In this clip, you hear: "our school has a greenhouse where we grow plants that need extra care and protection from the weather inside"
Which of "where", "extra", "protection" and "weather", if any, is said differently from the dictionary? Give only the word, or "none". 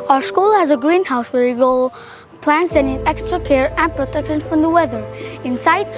none